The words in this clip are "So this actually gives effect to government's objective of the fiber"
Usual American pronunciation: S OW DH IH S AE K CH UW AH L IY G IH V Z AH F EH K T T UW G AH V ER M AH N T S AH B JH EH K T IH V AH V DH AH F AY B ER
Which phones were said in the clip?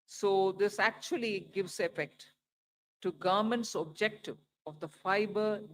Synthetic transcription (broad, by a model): S OW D IH S AE K CH UW AH L IY G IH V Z AH F EH K T T UW G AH M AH N T S AH B JH EH K T IH V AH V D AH F AY B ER